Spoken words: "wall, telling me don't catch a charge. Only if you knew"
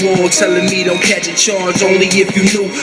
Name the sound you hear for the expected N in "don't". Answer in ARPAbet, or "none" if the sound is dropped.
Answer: L